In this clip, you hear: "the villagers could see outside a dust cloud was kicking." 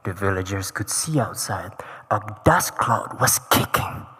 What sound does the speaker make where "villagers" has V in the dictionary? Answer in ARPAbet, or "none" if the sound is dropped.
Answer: V